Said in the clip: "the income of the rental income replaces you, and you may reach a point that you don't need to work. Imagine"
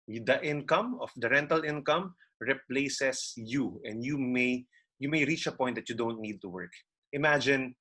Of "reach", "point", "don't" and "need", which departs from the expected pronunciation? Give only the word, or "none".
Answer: point